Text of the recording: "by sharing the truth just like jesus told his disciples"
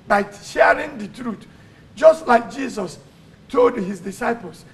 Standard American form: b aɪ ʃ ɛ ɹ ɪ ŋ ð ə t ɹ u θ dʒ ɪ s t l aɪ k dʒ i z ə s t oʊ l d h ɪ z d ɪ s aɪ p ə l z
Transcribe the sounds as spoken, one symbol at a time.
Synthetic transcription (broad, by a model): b aɪ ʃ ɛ ɹ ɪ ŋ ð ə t ɹ u t dʒ ɪ s t l aɪ k dʒ i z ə s t oʊ l d h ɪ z d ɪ s aɪ p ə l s